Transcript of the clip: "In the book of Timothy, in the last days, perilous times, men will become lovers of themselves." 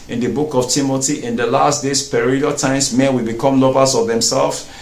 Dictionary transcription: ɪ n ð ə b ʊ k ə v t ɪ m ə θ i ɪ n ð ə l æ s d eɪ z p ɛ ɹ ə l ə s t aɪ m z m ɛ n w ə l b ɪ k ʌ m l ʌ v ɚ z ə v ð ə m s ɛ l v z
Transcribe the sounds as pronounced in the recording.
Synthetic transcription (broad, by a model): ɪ n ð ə b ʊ k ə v t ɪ m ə t i ɪ n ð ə l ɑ s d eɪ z p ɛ ɹ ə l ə t aɪ m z m ɛ n w ə l b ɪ k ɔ m l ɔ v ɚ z ə v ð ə m s ɛ l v